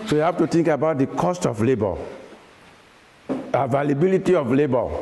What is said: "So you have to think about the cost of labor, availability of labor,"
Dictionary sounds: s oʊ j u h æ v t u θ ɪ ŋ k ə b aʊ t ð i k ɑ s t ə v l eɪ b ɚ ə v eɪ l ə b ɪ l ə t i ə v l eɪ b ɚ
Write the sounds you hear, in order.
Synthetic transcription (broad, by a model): s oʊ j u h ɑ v t u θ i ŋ k ə b aʊ t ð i k ɑ s t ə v l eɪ b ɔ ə v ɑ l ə b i l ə t i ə f l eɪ b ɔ